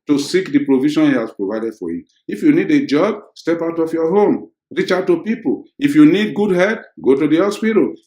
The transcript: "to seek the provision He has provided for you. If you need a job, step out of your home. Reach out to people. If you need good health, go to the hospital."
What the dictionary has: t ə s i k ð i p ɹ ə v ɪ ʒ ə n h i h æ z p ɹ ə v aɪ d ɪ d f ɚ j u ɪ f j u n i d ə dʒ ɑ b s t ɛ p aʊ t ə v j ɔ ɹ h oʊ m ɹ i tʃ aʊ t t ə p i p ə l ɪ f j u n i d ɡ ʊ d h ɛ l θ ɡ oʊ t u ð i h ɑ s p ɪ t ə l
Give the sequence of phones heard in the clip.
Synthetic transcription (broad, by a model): t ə s i k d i p ɹ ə v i ʃ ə n h i h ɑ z p ɹ ə v aɪ d ɪ d f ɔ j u ɪ f j u n i d ə dʒ ɑ b s t ɛ p aʊ t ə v j ɔ h oʊ m ɹ i tʃ aʊ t t ə p i p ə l ɪ f j u n i d ɡ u d h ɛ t ɡ oʊ t u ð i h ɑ s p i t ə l